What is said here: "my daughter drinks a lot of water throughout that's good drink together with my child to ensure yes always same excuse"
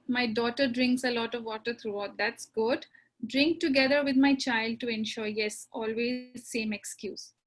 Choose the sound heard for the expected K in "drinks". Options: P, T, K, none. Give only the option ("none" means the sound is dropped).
K